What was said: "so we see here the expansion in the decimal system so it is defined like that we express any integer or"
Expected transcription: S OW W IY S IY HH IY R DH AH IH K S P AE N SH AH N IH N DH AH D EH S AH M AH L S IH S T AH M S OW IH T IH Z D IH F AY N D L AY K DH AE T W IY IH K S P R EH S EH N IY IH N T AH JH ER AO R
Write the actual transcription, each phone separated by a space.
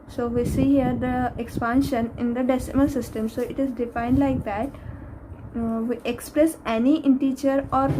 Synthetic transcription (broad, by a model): S OW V IY S IY HH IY R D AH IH K S P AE N SH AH N IH N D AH D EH S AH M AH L S IH S T AH M S OW IH T IH Z D IH F AY N D L AY K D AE T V IY IH K S P R EH S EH N IY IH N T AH CH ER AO R